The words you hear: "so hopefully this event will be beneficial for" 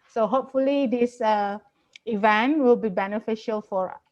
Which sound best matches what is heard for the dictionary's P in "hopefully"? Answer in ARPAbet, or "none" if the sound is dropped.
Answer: P